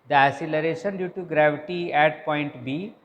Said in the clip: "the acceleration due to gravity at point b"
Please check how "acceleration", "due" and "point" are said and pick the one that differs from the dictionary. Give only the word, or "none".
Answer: acceleration